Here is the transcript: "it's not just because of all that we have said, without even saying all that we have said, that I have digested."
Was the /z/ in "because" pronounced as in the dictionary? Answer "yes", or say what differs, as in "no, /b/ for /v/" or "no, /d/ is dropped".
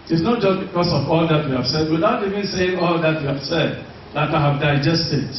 no, /s/ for /z/